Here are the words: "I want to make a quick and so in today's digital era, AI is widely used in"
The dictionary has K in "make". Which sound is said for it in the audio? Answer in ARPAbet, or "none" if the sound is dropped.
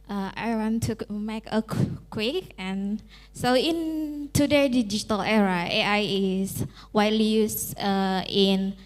K